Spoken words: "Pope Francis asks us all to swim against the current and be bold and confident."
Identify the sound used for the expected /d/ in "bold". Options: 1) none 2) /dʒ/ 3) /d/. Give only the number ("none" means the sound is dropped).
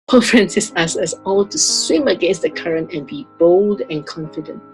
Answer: 3